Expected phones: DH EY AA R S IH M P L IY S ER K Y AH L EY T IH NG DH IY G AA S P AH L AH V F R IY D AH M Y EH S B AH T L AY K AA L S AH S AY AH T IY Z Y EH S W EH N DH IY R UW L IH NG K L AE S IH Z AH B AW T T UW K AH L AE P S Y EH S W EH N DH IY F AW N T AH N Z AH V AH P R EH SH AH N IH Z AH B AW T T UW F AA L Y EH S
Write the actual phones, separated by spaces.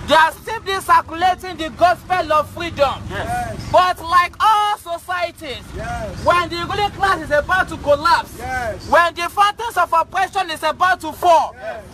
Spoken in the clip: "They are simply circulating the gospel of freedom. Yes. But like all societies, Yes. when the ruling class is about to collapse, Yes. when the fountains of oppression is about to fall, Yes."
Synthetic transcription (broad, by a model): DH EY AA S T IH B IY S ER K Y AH L EY T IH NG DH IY G AA S P AH L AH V F R IY D AH M B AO T L AY K AA L S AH S AY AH T IY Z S W EH N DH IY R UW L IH K L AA S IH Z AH B AW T T UW K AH L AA P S S W EH N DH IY F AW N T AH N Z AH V AH P R EH SH AH N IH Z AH B AW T T UW F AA